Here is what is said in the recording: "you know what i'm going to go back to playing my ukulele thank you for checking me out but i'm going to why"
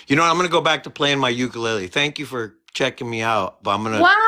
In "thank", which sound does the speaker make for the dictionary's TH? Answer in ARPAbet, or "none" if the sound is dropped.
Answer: TH